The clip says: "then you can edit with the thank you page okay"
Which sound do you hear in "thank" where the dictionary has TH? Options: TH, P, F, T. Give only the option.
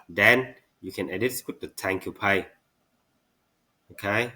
T